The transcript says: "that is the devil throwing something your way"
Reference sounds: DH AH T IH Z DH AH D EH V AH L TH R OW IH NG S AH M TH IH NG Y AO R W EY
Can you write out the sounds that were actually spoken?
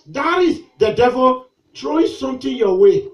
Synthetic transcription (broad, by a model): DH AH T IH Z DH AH D EH V AH L T R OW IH S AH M T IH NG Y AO W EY